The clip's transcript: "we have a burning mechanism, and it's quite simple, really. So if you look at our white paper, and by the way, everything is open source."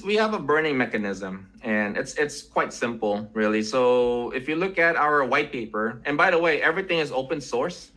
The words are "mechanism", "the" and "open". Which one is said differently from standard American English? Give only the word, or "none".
none